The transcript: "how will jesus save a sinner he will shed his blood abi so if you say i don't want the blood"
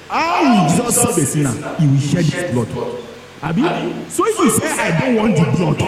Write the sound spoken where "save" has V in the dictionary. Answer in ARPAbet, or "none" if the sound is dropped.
B